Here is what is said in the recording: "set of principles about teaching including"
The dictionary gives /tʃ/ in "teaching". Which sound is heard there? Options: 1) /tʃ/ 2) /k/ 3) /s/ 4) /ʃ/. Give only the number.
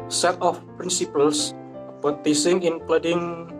3